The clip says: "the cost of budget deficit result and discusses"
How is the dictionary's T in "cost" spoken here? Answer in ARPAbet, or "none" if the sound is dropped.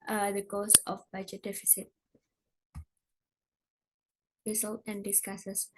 none